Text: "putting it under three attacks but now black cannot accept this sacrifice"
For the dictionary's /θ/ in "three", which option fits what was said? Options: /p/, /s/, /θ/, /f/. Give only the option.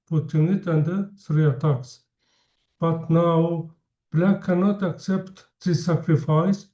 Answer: /s/